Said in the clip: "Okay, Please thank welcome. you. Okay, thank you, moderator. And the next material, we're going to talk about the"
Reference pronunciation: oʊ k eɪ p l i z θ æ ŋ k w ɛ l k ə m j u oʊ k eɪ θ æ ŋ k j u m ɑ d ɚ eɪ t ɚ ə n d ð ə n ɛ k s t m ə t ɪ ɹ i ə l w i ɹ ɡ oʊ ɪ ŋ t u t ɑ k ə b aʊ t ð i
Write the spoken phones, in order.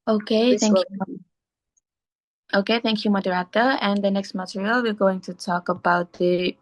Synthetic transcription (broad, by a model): oʊ k eɪ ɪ θ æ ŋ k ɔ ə k eɪ θ æ ŋ k j u m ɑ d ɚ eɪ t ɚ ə n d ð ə n ɛ k s t m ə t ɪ ɹ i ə l w i ɹ ɡ oʊ ɪ ŋ t u t ɑ k ə b aʊ t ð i